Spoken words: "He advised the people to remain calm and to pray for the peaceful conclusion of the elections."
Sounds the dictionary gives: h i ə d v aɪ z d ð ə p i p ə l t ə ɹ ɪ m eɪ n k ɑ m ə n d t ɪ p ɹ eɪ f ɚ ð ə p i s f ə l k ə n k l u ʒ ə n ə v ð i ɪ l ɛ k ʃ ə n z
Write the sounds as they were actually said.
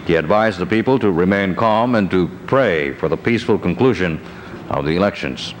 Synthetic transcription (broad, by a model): h i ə d v aɪ z ð ə p i p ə l t ə ɹ ɪ m eɪ n k ɑ m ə n t ɪ p ɹ eɪ f ɚ ð ə p i s f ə l k ə n k l u ʒ ə n ə v ð i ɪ l ɛ k ʃ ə n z